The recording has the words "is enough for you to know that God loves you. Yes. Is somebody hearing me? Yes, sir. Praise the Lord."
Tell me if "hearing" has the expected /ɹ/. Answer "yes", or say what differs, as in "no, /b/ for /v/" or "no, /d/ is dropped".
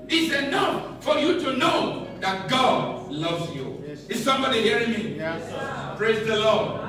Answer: yes